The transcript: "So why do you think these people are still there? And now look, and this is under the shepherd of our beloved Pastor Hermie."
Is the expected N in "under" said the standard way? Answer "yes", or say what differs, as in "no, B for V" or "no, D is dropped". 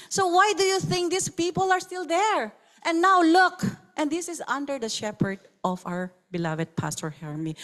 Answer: yes